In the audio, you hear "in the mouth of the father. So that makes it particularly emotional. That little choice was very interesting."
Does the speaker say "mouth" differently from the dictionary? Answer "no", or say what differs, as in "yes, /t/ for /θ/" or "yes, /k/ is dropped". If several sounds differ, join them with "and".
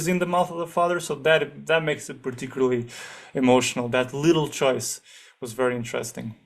no